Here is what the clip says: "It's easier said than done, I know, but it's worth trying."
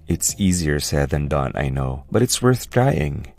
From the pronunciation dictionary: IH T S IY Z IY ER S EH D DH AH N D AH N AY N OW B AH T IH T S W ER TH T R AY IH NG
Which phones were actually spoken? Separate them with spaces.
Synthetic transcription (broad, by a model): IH T S IY Z IY ER S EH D DH AH N D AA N AY N OW B AH T IH T S W ER TH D R AY IH NG